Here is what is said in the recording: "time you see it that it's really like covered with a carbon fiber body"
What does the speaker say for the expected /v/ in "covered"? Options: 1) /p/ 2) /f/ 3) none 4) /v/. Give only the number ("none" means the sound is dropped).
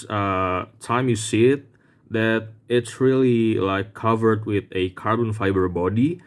4